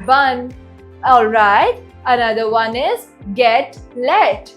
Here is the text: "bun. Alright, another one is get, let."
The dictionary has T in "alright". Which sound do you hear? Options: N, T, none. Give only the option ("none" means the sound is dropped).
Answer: T